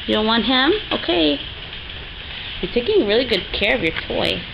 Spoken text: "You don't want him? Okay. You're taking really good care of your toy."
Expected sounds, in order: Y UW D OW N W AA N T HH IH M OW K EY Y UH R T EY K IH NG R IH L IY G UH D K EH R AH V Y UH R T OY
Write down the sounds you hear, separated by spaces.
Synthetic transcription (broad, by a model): Y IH D OW N W AA N T HH IH M OW K EY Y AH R T EY K IH NG R IH L IY G UH D K EH R AH V Y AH R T OY